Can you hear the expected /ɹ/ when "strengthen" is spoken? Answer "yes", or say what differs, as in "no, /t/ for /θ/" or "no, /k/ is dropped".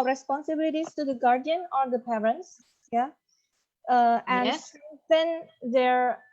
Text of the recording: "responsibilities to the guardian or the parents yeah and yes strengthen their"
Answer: no, /ɹ/ is dropped